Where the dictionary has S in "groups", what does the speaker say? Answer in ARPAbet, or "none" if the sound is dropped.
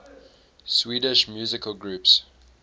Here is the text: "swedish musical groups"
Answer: S